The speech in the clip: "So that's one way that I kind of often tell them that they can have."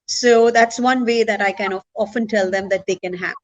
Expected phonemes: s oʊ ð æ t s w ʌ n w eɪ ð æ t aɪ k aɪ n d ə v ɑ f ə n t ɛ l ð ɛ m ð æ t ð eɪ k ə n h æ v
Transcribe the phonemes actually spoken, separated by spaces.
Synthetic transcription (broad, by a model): s oʊ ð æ t s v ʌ n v eɪ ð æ t aɪ k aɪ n ə ɑ f ə n t ɛ l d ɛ m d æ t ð eɪ k ə n h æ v